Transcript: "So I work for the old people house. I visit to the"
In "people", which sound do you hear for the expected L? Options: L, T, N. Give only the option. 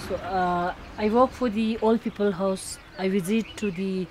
L